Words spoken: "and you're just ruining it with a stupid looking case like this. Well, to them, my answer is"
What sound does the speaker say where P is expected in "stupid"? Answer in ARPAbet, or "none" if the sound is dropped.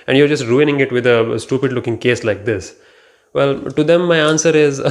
P